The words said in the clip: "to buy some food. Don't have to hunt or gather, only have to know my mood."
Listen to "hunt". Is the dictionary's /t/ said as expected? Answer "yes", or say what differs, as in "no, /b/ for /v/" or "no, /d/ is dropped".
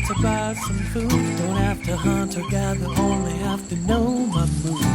yes